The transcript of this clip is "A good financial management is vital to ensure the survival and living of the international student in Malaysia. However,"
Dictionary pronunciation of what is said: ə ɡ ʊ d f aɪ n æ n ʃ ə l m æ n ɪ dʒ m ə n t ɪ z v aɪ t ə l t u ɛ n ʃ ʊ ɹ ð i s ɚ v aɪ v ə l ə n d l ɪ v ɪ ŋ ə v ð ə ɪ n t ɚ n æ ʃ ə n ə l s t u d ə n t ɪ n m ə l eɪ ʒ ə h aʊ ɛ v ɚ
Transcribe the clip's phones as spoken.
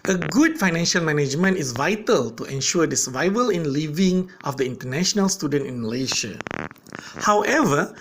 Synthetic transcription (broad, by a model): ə ɡ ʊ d f aɪ n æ n ʃ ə l m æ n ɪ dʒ m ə n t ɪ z v aɪ t ə l t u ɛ n ʃ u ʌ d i s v aɪ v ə l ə n l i v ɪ ŋ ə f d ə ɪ n t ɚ n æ ʃ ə n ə l s t u d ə n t ɪ n m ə l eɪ ʃ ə h aʊ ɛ v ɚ